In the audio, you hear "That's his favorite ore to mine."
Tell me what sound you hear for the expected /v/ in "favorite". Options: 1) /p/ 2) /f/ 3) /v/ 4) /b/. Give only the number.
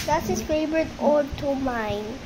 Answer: 4